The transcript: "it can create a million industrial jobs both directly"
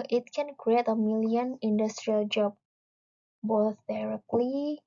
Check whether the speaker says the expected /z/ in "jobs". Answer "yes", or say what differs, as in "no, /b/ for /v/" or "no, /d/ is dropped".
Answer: no, /z/ is dropped